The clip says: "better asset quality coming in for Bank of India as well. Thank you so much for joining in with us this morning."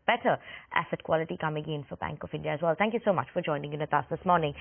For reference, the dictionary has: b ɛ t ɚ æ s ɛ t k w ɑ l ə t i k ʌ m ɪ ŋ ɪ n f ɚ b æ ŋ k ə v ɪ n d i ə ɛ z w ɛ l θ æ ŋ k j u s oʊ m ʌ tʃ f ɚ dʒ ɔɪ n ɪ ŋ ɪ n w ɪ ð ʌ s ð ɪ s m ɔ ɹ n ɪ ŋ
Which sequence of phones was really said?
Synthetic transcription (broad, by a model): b ɛ t ɚ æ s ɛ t k w ɑ l ə t i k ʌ m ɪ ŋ ɪ n f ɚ b æ ŋ k ə v ɪ n d i ə z w ɛ l θ æ ŋ k j u s oʊ m ʌ tʃ f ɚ dʒ ɔɪ n ɪ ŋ ɪ n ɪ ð ʌ s ð ɪ s m ɔ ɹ n ɪ ŋ